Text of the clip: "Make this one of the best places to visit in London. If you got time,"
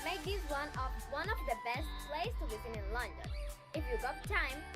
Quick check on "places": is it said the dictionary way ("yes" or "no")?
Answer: no